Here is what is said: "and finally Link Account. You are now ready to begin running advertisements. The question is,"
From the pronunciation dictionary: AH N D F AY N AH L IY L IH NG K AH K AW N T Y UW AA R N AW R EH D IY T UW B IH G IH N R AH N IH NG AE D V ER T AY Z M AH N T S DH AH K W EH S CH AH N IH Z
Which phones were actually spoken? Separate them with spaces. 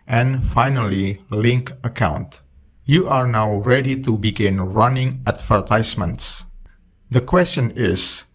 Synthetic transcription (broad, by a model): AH N F AY N AH L IY L IH NG K AH K AW N T Y UW AA R N AW R EH D IY T UW B IH G IH N R AH N IH NG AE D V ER T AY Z M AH N T S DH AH K W EH S CH AH N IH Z